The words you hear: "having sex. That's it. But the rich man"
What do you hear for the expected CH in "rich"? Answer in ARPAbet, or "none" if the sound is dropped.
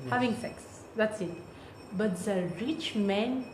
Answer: CH